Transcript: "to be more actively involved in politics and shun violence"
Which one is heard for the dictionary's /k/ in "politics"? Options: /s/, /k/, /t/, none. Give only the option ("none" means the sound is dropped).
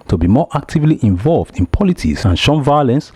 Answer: none